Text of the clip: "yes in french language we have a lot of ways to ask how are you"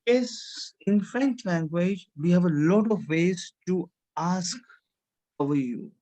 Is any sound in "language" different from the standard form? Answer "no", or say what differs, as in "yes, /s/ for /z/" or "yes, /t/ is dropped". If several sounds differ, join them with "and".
no